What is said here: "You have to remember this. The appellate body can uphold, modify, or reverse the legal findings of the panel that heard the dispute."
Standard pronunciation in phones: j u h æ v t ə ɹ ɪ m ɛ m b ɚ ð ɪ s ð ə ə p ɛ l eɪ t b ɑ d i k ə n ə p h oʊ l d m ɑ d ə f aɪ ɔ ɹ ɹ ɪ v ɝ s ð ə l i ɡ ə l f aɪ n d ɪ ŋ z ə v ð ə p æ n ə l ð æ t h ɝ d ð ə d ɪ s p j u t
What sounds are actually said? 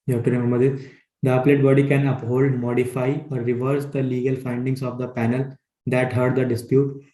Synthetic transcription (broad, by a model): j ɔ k t ə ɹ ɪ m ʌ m ɚ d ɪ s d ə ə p l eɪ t b ɑ d i k ə n ə p h oʊ l d m ɑ d ə f aɪ ɔ ɹ ɹ ɪ v ɝ s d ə l i ɡ ə l f aɪ n d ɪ ŋ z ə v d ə p æ n ə l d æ t h ɝ d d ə d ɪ s p j u t